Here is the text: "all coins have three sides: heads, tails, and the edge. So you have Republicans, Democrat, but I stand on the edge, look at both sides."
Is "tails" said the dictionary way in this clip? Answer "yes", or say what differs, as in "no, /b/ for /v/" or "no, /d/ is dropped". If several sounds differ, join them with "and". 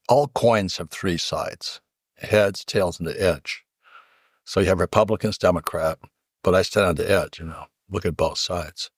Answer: yes